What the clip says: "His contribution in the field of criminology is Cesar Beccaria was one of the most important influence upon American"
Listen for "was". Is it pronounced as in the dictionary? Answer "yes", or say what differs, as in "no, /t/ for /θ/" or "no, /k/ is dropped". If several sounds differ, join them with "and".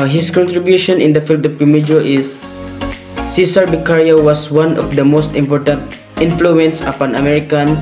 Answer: no, /s/ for /z/